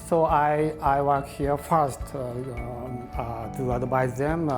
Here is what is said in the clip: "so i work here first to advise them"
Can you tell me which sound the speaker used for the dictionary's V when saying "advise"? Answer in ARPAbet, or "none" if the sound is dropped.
B